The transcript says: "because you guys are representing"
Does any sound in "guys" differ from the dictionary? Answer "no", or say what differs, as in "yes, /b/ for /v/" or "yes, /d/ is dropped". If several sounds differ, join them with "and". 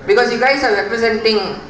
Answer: yes, /s/ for /z/